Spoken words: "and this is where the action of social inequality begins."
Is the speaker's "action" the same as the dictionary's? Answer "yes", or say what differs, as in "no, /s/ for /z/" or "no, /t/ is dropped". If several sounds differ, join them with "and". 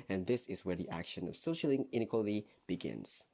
yes